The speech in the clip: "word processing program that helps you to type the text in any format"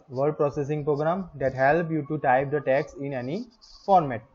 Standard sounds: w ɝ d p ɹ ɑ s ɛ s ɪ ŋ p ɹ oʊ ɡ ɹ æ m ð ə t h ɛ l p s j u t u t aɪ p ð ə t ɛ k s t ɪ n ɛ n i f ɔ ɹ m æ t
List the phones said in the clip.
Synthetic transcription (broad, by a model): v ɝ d p ɹ ɑ s ɛ s ɪ ŋ p ɹ oʊ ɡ ɹ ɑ m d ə t h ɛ l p j u t u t aɪ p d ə t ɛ k s ɪ n ɛ n i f ɔ ɹ m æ t